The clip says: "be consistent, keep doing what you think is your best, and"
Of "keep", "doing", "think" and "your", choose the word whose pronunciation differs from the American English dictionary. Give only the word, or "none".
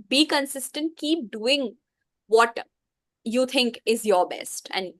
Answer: think